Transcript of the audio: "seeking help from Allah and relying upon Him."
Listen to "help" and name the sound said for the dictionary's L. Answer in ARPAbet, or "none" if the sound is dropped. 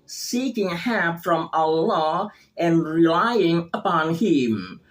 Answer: none